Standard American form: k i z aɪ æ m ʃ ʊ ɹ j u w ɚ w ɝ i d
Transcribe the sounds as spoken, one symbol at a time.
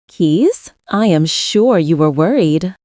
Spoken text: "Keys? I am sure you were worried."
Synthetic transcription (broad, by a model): k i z aɪ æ m ʃ ʊ ɹ j u w ɚ w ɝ i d